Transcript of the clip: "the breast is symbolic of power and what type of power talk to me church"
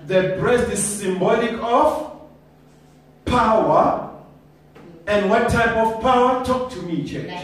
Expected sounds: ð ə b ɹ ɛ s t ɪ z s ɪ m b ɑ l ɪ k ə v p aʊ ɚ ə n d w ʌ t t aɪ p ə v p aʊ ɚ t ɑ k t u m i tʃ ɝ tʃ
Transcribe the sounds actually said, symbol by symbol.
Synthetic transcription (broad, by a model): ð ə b ɹ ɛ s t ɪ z s ɪ m b ɑ l ɪ k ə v p aʊ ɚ ə n d w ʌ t t aɪ p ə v p aʊ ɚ t ɑ k t u m i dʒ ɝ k